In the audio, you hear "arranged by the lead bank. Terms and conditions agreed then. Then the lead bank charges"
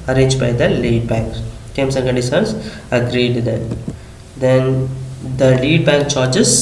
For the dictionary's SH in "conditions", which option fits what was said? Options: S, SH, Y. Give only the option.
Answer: S